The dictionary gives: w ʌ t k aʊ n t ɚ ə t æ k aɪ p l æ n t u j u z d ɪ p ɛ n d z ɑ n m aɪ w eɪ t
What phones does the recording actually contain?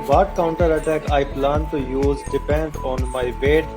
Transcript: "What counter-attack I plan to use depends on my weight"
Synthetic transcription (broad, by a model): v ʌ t k aʊ n t ɚ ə t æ k aɪ p l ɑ n t u j u z d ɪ p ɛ n d ɑ n m aɪ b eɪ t